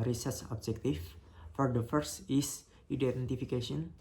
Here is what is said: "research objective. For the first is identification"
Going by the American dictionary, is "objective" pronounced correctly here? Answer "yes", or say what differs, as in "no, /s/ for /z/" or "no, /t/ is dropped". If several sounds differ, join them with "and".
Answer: no, /f/ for /v/